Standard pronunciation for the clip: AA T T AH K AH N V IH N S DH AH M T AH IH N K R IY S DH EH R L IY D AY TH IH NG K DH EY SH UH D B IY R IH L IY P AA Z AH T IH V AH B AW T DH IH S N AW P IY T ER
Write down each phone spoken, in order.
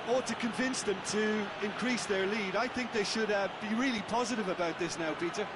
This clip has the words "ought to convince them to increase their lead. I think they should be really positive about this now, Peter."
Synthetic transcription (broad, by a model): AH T T AH K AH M V IH N S DH AH M T AH IH N K R IY S DH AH R L IY D AY TH IH NG K DH EY SH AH D B IY R IH L IY P AA Z AH T IH V AH B AW T DH IH S N AW P IY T ER